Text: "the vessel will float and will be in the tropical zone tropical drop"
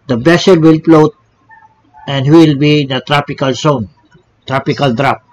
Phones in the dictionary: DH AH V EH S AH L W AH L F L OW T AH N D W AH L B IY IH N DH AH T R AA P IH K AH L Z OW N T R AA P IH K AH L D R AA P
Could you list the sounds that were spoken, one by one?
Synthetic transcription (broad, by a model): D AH B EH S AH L W AH L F L OW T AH N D W AH L B IY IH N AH T R AA P IH K AH L S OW N T R AA P IH K AH L D R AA P